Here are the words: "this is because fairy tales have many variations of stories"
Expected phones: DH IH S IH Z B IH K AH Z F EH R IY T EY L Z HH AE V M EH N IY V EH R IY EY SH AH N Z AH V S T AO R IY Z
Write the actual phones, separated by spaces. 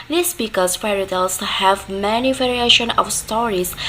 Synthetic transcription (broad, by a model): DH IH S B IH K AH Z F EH R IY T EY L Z HH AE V M EH N IY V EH R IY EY SH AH N AH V S T AO R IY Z